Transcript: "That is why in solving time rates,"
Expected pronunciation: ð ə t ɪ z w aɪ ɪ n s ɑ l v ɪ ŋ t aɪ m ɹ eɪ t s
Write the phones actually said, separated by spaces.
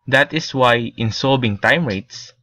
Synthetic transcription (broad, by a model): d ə t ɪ s w aɪ ɪ n s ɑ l b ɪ ŋ t aɪ m ɹ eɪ t s